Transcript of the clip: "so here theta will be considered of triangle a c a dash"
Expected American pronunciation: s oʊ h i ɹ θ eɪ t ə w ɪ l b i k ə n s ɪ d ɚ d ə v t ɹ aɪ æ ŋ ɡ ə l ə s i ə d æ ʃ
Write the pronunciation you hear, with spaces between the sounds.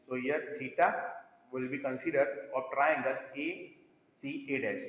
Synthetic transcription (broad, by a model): s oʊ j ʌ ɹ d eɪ t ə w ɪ l b i k ə n s ɪ d ɚ d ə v t ɹ aɪ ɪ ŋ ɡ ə n ə s i ə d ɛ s